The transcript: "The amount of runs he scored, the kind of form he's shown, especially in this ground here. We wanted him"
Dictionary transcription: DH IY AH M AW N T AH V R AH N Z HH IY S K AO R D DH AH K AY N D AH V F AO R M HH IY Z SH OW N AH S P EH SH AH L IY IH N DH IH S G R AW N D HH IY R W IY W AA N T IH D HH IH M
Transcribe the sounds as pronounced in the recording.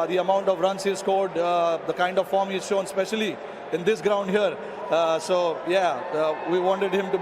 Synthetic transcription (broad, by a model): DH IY AH M AW N T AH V R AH N S HH IY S K AO L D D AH K AY N D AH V F AO R M HH IY Z SH OW N S P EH SH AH L IY IH N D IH S G R AW N D HH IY R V IY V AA N T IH D HH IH M